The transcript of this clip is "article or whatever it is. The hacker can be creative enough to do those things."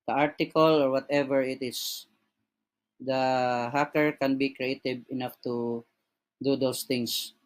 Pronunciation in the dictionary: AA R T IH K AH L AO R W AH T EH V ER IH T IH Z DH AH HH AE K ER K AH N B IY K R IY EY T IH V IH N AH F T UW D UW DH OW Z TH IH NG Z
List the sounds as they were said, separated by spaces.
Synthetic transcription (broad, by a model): AA R T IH K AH L AO R W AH T EH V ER IH T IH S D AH HH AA K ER K AH N B IY K R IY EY T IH B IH N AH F T UW D UW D OW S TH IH NG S